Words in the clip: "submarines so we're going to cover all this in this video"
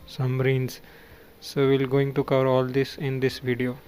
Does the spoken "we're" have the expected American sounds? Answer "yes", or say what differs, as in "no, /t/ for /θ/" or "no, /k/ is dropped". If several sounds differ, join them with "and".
no, /l/ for /ɹ/